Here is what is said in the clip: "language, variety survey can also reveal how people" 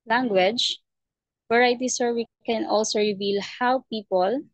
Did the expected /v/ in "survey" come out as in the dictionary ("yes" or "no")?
no